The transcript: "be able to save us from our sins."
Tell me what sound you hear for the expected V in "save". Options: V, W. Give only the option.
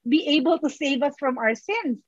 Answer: V